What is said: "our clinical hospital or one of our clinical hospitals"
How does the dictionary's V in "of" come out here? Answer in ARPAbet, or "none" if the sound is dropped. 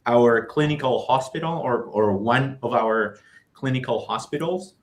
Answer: V